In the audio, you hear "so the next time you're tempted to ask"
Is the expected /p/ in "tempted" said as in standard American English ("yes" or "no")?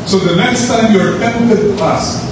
no